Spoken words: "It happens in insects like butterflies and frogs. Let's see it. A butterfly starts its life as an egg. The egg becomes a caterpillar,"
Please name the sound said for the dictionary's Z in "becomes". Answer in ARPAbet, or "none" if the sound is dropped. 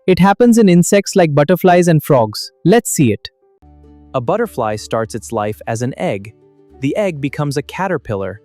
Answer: Z